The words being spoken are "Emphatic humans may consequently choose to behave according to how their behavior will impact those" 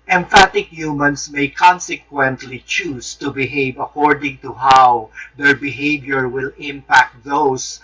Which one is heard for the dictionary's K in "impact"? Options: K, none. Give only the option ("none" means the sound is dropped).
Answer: K